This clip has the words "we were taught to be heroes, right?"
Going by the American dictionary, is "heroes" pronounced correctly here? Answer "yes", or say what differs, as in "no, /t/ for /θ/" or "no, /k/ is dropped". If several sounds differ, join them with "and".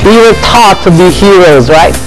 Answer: yes